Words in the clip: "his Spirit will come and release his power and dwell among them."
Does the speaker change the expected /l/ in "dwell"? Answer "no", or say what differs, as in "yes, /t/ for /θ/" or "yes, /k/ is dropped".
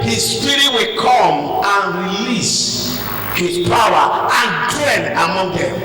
yes, /n/ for /l/